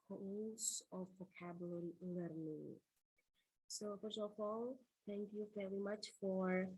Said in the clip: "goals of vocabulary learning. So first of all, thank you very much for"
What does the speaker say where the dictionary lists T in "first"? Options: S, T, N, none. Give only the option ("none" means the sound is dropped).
none